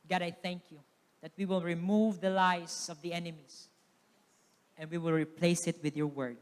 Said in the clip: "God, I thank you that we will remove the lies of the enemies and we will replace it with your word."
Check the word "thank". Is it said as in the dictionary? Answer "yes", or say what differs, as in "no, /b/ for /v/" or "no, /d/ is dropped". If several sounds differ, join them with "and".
yes